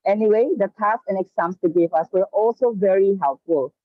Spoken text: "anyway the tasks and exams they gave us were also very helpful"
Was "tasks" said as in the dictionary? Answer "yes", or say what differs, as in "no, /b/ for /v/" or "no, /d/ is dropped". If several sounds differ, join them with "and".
no, /k/ is dropped